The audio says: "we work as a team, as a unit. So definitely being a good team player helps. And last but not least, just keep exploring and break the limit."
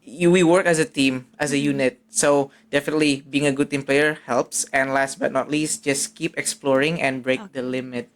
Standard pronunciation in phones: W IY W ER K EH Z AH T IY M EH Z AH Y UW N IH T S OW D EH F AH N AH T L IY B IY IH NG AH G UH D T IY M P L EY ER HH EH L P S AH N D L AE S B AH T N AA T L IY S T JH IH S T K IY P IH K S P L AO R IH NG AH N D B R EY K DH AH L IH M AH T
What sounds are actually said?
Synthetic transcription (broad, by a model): W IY W ER K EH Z AH T IY M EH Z AH Y UW N IH T S OW D EH F AH N AH T L IY B IY IH NG AH G UH D T IY M P L EY ER HH EH L P S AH N L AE S B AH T N AA T L IY S T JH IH S K IY P IH K S P L AO R IH NG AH N B R EY K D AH L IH M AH T